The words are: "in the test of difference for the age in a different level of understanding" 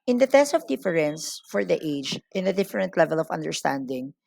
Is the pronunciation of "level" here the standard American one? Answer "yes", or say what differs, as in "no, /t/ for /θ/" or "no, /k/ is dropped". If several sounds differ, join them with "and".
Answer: yes